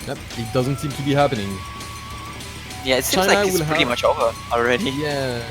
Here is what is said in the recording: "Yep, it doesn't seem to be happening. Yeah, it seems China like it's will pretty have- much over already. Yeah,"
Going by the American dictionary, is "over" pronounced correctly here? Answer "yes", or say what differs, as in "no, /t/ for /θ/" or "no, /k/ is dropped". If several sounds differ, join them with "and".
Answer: yes